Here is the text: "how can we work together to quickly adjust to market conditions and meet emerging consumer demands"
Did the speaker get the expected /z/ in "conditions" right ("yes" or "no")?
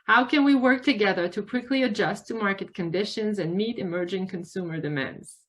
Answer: yes